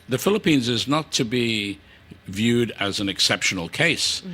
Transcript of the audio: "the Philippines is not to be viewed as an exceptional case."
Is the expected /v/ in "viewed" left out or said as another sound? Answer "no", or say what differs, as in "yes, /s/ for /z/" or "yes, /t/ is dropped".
no